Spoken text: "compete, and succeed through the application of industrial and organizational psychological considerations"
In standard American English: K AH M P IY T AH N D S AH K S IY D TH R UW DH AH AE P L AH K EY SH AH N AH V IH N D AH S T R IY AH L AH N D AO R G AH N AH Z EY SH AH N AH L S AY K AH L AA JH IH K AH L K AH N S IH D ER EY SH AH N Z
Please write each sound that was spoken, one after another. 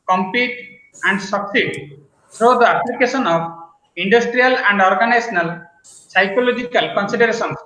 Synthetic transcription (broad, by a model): K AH M P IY T AH N D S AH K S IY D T R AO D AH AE P L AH K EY S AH N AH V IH N D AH S T R IY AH L AH N D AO R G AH N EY S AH N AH L S AY K AH L AA JH IH K AH L K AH N S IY D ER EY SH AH N